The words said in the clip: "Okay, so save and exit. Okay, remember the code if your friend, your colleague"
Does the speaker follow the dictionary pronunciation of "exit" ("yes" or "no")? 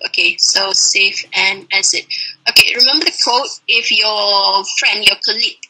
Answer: no